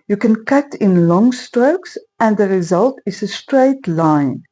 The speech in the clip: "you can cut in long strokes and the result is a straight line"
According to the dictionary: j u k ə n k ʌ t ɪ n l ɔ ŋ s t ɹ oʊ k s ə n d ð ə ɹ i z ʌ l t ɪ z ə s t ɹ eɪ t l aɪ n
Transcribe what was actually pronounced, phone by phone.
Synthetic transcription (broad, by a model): j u k ə n k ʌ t ɪ n l ɔ ŋ s t ɹ oʊ k s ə n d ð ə ɹ i z ʌ l t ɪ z ə s t ɹ eɪ t l aɪ n